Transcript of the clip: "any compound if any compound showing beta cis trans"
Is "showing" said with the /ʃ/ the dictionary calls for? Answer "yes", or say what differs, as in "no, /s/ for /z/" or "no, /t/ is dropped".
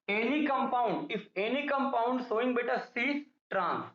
no, /s/ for /ʃ/